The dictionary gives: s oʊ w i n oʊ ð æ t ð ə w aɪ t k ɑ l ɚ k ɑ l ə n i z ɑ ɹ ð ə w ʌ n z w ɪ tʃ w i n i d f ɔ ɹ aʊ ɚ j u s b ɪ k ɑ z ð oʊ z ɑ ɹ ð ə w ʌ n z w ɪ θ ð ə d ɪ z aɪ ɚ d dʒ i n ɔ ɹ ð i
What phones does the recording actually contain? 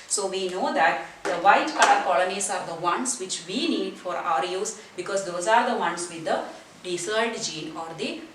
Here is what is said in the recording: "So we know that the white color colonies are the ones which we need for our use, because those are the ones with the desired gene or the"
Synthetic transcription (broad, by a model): s oʊ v i n oʊ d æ t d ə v aɪ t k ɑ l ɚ k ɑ l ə n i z ɑ ɹ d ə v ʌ n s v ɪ tʃ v i n i d f ɔ ɹ aʊ ɚ j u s b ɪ k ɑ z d oʊ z ɑ ɹ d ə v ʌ n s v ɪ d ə d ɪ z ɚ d dʒ i n ɔ ɹ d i